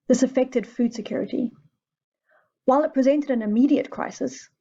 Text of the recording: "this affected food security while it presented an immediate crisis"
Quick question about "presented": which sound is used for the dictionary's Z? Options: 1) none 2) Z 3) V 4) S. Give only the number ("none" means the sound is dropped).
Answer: 2